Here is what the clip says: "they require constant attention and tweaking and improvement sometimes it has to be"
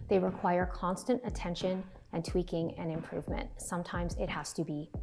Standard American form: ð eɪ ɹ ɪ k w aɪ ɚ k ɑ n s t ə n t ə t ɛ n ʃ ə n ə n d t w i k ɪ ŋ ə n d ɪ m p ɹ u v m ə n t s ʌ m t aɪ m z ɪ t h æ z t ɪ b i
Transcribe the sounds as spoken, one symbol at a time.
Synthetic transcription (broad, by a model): ð eɪ ɹ ɪ k w aɪ ɚ k ɑ n s t ə n t ə t ɛ n ʃ ə n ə n t w i k ɪ ŋ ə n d ɪ m p ɹ u v m ə n t s ʌ m t aɪ m z ɪ t h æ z t ɪ b i